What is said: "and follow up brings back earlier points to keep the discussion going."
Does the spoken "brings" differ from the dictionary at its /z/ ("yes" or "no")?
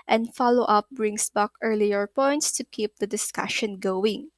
yes